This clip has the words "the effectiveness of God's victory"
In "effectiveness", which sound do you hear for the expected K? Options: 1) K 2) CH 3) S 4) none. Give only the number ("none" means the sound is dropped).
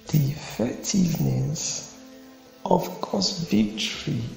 4